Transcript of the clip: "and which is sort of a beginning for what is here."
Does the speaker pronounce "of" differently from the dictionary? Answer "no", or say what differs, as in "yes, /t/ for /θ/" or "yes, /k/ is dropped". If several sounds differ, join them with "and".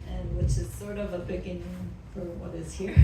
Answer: no